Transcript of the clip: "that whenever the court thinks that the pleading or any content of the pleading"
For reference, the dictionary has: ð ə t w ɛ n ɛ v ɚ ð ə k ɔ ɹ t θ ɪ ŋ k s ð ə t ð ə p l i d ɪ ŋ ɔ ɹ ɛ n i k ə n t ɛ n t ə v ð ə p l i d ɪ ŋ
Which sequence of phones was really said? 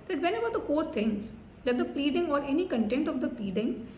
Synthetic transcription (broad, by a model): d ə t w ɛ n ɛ b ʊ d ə k ɔ ɹ t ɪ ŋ s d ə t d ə p l i d ɪ ŋ ɔ ɹ ɛ n i k ə n t ɛ n t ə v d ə p l i d ɪ ŋ